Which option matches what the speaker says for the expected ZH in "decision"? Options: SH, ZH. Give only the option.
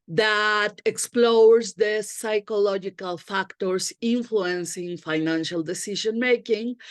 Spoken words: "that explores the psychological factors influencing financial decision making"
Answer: SH